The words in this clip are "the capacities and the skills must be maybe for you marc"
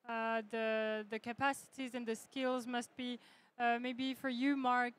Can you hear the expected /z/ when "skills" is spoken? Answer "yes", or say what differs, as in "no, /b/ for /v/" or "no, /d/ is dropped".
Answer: yes